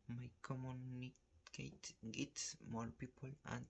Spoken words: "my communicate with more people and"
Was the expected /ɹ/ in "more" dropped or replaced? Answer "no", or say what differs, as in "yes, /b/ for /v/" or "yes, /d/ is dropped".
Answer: yes, /l/ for /ɹ/